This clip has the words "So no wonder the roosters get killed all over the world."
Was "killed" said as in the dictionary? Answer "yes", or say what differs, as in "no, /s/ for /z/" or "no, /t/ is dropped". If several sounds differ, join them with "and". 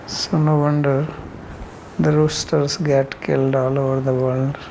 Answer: yes